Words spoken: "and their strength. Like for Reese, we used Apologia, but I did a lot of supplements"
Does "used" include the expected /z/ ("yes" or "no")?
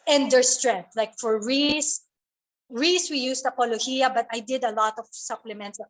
no